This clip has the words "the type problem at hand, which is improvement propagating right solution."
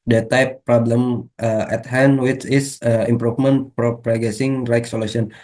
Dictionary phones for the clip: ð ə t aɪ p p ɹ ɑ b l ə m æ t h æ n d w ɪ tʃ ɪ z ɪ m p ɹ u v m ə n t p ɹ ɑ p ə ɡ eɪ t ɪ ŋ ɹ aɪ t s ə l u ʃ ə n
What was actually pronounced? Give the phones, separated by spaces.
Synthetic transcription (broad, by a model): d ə t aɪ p p ɹ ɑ b l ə m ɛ t h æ n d w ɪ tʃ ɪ s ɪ m p ɹ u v m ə n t p ɹ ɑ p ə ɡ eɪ s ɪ ŋ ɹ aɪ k s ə l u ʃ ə n